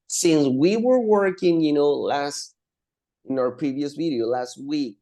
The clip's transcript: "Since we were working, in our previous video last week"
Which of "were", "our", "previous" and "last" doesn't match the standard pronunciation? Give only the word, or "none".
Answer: none